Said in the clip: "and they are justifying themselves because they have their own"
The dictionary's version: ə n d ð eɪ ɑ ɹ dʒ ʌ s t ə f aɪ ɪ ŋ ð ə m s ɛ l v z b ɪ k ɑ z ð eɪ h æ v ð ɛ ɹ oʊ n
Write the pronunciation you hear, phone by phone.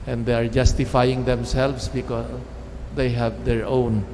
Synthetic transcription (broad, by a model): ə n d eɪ ɑ ɹ dʒ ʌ s t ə f aɪ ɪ ŋ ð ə m s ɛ l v s b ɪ k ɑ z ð eɪ h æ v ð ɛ ɹ oʊ n